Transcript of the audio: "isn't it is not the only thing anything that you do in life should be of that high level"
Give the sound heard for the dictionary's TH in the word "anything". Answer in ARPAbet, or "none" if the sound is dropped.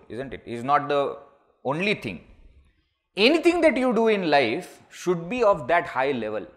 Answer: T